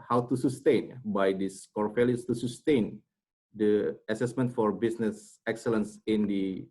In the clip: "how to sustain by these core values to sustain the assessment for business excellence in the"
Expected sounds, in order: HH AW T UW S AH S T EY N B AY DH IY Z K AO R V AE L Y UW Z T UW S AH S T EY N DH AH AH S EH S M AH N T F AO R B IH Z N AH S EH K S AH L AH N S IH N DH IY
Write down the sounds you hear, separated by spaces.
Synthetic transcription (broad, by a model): HH AW T UW S AH S T EY N B AY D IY S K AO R F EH L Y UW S T UW S AH S T EY N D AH AH S EH S M AH N T F AO R B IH S N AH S EH K S AH L AH N S IH N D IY